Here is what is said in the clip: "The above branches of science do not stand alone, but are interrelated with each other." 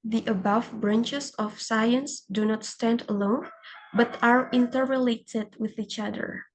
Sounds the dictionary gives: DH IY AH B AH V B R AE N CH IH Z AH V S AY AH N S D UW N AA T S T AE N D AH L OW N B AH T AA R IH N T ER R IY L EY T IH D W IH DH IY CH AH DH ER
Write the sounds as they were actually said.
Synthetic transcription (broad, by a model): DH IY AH B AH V B R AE N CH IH S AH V S AY AH N S D UW N AA T S T AE N D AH L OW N B AH T AA R IH N T ER R IY L EY T IH D W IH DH IY CH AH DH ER